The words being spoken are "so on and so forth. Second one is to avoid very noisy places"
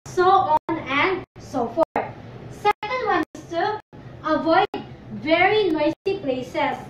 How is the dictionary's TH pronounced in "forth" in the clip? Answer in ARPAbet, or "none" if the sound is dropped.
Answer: T